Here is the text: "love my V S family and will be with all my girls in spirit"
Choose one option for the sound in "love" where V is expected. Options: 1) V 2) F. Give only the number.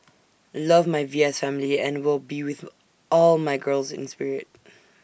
1